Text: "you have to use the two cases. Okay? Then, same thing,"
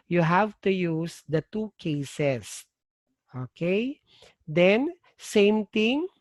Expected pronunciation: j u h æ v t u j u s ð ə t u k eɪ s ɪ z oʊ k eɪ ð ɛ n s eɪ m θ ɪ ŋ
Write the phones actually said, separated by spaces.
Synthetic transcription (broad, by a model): j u h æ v t u j u s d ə t u k eɪ s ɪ s oʊ k eɪ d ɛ n s eɪ m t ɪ ŋ